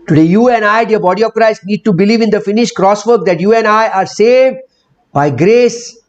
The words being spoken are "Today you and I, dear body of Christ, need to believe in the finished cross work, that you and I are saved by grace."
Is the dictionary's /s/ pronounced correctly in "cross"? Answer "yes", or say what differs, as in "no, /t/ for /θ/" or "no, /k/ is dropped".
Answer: yes